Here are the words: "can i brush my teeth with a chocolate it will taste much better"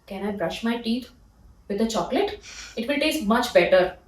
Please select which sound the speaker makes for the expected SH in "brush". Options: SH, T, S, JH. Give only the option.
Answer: SH